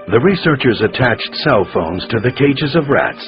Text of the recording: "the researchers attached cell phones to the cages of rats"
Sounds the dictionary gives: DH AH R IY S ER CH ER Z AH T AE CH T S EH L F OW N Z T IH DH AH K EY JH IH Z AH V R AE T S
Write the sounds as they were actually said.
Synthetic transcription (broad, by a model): DH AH R IY S ER CH ER Z AH T AE CH T S EH L F OW N Z T IH DH AH K EY JH IH Z AH V R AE T S